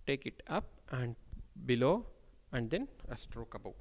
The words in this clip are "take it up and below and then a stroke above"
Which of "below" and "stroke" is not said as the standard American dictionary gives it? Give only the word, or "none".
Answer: none